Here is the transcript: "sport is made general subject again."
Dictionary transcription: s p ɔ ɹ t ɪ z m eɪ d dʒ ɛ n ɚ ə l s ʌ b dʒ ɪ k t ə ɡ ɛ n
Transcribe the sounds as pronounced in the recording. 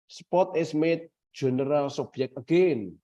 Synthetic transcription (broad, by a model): s p ɔ t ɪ s m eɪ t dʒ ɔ n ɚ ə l s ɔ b ɪ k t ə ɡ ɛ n